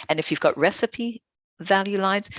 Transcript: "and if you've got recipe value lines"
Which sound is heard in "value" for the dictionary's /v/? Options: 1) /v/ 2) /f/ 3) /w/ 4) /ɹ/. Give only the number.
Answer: 1